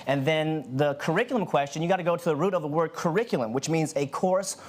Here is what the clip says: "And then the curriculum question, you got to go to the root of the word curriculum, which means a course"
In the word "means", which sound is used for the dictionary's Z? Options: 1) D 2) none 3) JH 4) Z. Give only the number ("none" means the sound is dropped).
4